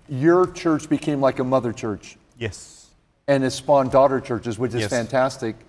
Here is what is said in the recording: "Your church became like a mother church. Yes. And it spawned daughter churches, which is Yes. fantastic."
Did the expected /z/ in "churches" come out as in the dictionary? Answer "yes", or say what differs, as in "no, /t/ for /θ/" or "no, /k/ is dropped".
yes